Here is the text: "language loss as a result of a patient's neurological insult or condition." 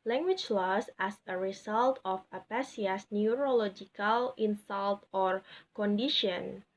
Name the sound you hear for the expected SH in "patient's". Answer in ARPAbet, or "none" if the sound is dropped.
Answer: S